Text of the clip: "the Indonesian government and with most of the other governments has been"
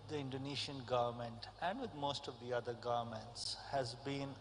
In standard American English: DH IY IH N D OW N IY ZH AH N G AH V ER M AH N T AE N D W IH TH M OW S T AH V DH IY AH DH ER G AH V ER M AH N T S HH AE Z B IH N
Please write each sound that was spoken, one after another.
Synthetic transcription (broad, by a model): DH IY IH N D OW N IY SH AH N G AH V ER M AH N T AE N D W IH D M OW S T AH V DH IY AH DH ER G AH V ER M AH N T S HH AE Z B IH N